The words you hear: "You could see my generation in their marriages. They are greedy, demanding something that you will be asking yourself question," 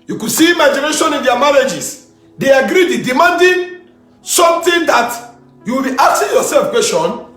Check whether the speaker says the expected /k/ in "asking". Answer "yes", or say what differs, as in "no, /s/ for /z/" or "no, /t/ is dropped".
no, /k/ is dropped